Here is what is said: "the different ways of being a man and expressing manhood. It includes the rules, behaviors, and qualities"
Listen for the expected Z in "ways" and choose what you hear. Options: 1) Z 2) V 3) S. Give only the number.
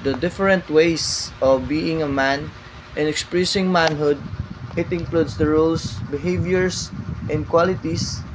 3